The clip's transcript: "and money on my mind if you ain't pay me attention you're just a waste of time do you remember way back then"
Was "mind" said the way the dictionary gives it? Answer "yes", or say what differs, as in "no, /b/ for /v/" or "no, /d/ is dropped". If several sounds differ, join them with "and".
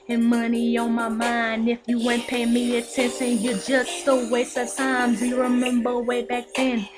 yes